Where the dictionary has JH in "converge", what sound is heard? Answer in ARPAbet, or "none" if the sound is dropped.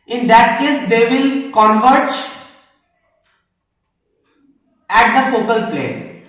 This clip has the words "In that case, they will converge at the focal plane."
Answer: CH